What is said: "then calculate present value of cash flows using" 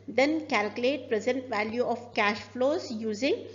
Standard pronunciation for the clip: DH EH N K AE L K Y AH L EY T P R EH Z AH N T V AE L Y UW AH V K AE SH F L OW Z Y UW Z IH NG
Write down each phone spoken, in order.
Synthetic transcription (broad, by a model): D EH N K AE L K Y AH L EY T P R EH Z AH N T V AE L Y UW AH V K AE SH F L OW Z Y UW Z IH NG